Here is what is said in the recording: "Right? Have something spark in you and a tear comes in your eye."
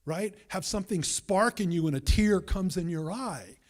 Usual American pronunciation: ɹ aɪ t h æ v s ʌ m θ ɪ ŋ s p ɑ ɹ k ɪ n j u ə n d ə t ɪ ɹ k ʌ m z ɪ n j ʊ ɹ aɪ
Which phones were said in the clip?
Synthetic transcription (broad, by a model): ɹ aɪ t h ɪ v s ʌ m θ ɪ ŋ s p ɑ ɹ k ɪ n j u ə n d ə t ɪ ɹ k ʌ m z ɪ n j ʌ ɹ aɪ